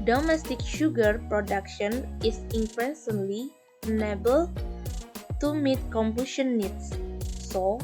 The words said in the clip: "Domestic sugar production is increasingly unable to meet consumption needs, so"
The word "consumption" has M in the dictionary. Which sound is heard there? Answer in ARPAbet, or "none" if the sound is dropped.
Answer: none